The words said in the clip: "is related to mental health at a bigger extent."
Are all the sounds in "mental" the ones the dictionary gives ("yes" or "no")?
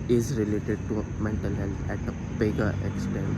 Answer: yes